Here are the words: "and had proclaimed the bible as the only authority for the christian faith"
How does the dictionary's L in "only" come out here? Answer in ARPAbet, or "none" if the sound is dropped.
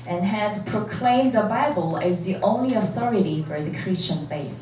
L